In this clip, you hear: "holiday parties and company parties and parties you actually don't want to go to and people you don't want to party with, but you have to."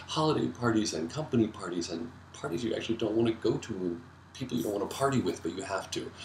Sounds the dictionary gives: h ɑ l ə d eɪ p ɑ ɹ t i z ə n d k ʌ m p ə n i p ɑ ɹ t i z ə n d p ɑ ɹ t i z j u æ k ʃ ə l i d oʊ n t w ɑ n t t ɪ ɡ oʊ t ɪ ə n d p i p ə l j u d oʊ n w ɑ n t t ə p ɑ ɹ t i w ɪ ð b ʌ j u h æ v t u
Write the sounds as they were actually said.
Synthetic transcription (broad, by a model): h ɑ l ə d eɪ p ɑ ɹ t i z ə n k ʌ m p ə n i p ɑ ɹ t i z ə n p ɑ ɹ t i z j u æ k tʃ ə l i d oʊ n t w ɑ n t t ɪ ɡ oʊ t ɪ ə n p i p l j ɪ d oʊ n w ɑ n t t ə p ɑ ɹ t i w ɪ ð b ʌ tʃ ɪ h æ f t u